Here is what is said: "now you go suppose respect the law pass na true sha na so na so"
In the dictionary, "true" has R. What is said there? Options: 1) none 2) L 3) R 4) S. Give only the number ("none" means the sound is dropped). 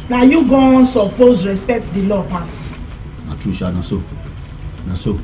1